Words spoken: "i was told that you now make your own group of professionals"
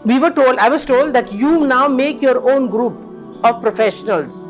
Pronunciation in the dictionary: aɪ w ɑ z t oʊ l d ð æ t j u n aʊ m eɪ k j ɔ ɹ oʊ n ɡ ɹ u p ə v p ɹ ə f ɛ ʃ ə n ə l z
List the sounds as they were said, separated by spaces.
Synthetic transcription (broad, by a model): aɪ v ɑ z t oʊ l d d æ t j u n aʊ m eɪ k j ɔ ɹ oʊ n ɡ ɹ u p ə v p ɹ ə f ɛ ʃ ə n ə l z